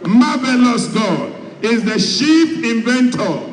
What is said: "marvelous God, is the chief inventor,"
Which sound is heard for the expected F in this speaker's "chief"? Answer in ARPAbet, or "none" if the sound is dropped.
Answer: P